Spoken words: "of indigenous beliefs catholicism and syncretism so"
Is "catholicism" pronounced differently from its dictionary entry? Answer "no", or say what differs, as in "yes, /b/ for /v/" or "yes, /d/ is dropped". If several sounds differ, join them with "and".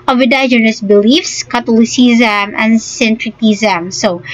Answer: yes, /t/ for /θ/